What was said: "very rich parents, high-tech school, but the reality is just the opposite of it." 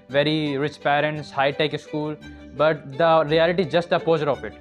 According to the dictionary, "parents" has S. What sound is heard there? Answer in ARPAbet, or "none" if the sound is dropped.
S